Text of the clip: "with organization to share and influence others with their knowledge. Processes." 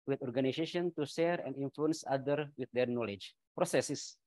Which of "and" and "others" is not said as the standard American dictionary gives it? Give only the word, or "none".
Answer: others